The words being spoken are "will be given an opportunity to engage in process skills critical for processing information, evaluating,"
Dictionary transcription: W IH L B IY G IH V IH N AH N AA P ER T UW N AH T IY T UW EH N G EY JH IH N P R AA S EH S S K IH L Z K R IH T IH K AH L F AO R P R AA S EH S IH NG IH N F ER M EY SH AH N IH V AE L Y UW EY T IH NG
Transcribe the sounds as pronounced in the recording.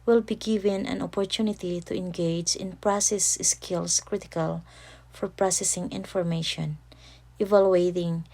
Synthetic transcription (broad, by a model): W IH L B IY G IH V IH N AH N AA P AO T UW N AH T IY T UW EH N G EY JH IH N P R AA S EH S S K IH L S K R IH T IH K AH L F AO R P R AA S EH S IH NG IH N F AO M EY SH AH N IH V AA L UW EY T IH NG